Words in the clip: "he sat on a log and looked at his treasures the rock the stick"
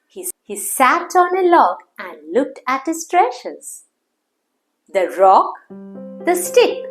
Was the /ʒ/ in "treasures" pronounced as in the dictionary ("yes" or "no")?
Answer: no